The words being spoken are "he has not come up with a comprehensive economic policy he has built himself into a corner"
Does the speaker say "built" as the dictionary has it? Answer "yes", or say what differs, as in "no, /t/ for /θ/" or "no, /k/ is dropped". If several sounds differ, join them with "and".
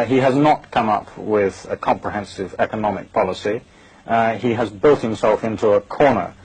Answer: yes